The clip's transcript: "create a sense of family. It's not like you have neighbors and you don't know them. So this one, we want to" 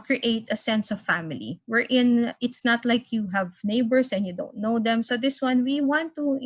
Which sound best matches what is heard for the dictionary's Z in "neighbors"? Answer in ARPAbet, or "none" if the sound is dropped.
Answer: S